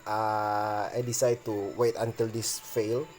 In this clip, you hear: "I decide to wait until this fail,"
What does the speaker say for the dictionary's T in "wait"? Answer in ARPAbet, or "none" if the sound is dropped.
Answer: T